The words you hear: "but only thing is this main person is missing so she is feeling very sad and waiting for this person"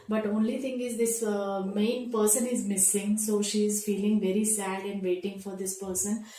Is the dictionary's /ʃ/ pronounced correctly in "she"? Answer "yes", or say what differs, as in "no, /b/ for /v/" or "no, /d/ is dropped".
yes